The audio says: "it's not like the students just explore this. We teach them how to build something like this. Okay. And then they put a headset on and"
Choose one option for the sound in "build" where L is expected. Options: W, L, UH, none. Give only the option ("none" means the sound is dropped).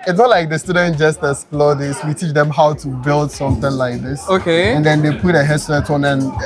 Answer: L